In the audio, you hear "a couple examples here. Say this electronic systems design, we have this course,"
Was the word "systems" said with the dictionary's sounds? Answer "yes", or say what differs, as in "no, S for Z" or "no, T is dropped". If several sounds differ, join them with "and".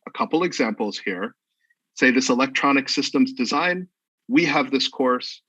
yes